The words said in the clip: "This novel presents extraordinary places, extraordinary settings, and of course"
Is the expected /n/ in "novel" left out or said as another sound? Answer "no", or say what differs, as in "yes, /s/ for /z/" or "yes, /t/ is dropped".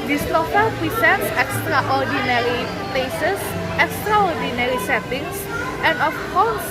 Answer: yes, /l/ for /n/